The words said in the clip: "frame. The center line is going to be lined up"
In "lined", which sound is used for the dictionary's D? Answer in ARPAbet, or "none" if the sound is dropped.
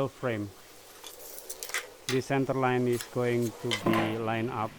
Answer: none